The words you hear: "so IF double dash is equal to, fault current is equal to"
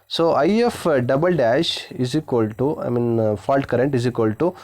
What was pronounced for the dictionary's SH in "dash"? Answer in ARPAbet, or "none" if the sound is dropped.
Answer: SH